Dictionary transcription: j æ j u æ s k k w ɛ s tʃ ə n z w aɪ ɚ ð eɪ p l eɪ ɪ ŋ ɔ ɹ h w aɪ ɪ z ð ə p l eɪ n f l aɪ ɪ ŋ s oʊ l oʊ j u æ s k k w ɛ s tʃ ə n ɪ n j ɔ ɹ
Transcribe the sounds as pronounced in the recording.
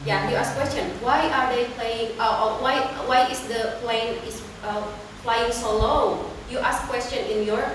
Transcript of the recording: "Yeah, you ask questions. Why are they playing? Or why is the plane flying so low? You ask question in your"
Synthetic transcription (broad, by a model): j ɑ j u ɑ s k k w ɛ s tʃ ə n w aɪ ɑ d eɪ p l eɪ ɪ ŋ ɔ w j w aɪ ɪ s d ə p l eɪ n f l aɪ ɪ ŋ s oʊ l oʊ j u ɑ s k k w ɛ s tʃ ə n ɪ n j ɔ ɹ